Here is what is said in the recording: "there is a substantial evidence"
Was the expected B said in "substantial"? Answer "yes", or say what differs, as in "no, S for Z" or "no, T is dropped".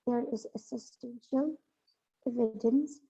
no, B is dropped